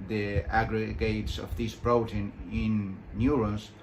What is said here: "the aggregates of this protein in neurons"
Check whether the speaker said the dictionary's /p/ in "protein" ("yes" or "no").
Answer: no